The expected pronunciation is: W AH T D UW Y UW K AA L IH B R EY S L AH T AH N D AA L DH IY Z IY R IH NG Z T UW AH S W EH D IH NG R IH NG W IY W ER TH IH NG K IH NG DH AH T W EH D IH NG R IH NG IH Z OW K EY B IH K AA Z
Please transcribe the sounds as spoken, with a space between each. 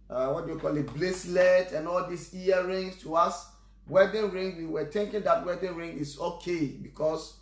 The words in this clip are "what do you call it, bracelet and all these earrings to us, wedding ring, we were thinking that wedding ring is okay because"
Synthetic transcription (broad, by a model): W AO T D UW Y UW K AA L IH B L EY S L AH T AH N AA L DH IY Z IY R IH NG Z T UW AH S W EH D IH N R IH NG W IY W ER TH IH NG K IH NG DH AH T W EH D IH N R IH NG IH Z OW K EY B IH K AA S